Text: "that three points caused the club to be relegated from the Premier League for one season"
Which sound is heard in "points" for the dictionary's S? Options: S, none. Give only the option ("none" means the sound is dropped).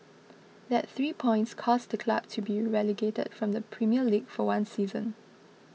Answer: S